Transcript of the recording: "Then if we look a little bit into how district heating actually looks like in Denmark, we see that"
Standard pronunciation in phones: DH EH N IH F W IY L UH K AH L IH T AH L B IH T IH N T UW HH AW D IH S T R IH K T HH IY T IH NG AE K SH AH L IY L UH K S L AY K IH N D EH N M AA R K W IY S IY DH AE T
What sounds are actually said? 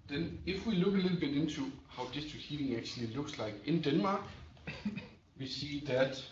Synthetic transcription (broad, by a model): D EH N IH F W IY L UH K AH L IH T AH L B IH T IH N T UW HH AW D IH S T IH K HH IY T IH NG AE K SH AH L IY L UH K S L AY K IH N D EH N M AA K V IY S IY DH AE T